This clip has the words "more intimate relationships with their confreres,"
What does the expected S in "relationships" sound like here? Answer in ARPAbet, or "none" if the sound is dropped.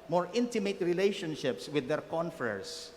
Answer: S